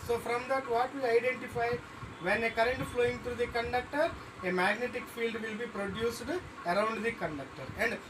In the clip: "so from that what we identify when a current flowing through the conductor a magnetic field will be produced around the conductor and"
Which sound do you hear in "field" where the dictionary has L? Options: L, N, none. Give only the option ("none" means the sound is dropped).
L